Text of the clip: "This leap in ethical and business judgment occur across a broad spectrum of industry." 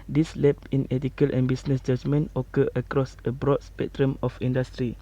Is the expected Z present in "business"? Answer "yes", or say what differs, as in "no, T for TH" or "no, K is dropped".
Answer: no, S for Z